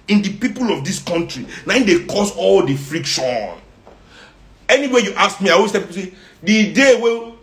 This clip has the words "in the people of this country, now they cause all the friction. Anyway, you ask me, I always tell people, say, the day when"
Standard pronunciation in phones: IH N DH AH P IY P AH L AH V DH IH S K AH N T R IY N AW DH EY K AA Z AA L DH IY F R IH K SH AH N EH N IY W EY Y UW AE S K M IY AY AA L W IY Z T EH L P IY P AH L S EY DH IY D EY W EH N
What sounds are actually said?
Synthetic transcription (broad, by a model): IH N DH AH P IY P AH L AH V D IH S K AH N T R IY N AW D EY K AA S AA L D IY F R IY K SH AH N EH N IY W EY Y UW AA S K M IY AY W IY S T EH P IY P S EY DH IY D EY W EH